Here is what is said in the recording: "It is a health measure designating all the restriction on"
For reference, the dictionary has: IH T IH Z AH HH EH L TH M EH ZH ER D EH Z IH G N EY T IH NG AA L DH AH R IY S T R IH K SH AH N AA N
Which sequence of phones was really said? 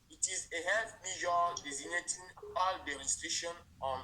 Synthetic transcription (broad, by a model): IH T IH Z AH HH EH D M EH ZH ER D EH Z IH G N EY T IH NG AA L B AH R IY S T EH SH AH N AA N